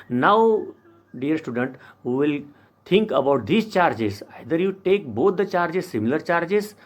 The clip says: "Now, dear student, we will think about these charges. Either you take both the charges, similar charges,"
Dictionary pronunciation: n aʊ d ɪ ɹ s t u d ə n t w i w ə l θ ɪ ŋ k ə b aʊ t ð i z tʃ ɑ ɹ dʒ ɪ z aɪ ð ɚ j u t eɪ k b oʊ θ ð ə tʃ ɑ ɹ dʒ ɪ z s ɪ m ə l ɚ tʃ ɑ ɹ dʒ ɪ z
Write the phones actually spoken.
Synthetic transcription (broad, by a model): n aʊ d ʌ ɹ s t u d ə n t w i l t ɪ ŋ k ə b aʊ t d i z tʃ ɑ ɹ dʒ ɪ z aɪ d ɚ j u t eɪ k b oʊ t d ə tʃ ɑ ɹ dʒ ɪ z s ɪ m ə l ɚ tʃ ɑ ɹ dʒ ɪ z